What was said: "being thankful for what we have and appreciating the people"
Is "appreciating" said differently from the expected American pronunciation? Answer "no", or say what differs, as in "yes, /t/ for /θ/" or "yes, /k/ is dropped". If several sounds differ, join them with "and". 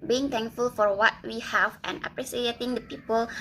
yes, /s/ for /ʃ/